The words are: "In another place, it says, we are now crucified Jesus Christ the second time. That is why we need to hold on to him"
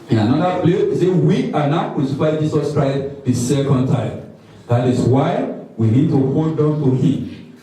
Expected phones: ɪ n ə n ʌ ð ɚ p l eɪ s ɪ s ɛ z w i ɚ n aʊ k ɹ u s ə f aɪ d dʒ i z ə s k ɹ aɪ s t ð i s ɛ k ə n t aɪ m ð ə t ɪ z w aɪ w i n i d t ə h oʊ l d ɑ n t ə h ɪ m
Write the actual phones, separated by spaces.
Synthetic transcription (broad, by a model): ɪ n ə n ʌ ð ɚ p l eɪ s ɪ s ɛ w i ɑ n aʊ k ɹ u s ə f aɪ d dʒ i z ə s k ɹ aɪ s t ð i s ɛ k ə n t aɪ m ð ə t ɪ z w aɪ w i n i d t ə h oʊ n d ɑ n t ə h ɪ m